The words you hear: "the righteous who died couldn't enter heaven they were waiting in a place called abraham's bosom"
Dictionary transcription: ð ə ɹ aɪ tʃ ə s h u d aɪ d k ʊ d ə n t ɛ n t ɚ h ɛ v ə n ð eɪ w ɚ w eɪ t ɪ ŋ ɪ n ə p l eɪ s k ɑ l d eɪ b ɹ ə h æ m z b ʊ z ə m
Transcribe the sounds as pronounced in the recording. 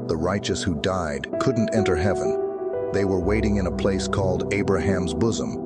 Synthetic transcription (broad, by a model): ð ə ɹ aɪ tʃ ə s h u d aɪ d k ʊ d n t ɛ n t ɚ h ɛ v ə n ð eɪ w ɚ w eɪ t ɪ ŋ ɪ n ə p l eɪ s k ɑ l d eɪ b ɹ ə h æ m z b ʊ z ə m